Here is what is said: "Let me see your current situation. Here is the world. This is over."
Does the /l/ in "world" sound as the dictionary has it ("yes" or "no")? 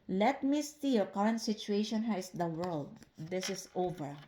yes